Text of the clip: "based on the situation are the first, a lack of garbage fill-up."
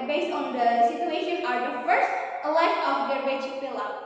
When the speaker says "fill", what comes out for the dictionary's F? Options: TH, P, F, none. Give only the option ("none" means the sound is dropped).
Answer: P